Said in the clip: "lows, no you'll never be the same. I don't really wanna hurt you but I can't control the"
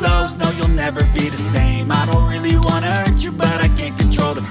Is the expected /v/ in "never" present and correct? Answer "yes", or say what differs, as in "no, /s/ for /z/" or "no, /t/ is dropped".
yes